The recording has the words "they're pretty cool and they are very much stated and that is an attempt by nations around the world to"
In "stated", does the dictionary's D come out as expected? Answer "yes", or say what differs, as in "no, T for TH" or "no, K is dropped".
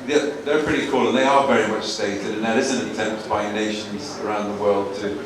yes